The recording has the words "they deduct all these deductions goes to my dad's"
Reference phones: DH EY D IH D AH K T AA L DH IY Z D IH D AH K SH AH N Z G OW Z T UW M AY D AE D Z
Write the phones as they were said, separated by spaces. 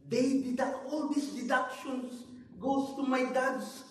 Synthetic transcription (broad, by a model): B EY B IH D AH T AA L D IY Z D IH D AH K SH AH N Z G OW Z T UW M AY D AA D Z